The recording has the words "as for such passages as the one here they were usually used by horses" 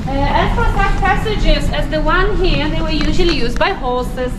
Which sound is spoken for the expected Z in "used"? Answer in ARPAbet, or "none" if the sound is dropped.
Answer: Z